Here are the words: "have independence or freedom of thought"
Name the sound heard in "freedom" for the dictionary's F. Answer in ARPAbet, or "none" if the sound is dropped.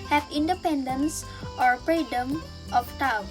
P